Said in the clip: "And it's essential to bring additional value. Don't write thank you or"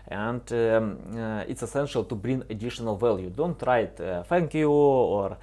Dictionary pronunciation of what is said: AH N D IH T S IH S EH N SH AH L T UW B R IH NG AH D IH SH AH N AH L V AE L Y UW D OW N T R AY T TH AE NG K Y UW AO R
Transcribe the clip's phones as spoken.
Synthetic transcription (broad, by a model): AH N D IH T S IH S EH N SH AH L T UW B R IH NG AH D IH SH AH N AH L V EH L Y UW D OW N T R AY T F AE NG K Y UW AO R